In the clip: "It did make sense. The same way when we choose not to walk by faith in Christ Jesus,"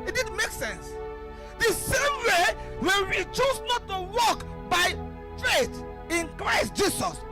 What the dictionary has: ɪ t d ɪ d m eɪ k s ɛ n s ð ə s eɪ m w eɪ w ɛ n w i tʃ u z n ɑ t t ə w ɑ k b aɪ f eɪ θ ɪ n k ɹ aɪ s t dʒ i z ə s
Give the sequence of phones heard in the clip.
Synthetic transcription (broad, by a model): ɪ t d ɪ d m eɪ k s ɛ n s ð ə s eɪ m w eɪ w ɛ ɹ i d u s n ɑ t t ə w ɑ k b aɪ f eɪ t ɪ n k ɹ aɪ s t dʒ i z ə s